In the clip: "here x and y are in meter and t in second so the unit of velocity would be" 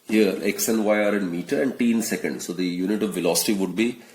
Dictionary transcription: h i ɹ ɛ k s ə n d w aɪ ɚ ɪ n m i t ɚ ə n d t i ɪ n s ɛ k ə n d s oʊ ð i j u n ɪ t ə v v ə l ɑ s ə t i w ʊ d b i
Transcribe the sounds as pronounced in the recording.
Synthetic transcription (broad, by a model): h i ɹ ɛ k s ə n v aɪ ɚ ɪ n m i t ɚ ə n d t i n s ɛ k ə n d s oʊ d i j u n ɪ t ə v v ə l ɑ s ə t i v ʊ d b i